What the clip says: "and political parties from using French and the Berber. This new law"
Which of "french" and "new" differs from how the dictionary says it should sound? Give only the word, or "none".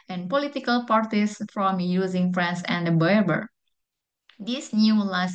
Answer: french